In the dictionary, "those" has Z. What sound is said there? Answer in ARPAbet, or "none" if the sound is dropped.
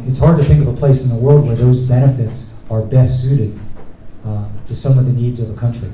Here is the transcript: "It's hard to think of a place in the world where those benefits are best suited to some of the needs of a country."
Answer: Z